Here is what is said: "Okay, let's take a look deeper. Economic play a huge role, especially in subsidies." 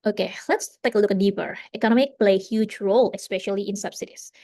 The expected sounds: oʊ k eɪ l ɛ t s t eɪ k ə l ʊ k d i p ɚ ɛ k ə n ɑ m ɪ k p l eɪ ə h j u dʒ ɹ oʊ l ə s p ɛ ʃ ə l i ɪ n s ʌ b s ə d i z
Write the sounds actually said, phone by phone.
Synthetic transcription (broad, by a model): oʊ k eɪ l ɛ t s t eɪ k ə l ʊ k d i p ɚ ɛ k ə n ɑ m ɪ k p l eɪ ə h j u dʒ ɹ oʊ l ə s p ɛ ʃ ə l i ɪ n s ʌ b s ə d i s